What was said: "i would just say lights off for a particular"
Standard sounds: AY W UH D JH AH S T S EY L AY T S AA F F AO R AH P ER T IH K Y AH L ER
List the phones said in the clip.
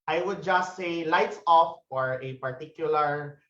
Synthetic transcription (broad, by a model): AY W UH D JH AH S T S EY L AY T S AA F F AO R AH P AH T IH K Y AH L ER